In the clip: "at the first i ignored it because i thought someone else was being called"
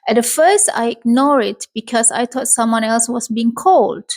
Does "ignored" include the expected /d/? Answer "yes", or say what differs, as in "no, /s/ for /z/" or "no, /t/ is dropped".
no, /d/ is dropped